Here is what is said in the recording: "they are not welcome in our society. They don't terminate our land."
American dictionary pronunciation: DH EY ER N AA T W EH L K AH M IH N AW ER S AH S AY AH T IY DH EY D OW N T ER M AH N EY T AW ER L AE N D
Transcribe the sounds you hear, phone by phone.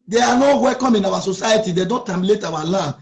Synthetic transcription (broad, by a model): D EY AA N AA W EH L K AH M IH N AW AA S AH S AY AH T IY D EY D OW N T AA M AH L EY T AW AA L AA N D